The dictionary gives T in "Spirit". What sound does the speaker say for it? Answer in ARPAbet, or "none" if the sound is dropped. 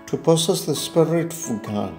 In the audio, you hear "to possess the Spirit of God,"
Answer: T